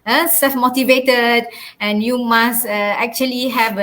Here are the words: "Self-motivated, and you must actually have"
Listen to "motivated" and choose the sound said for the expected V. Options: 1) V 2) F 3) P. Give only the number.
1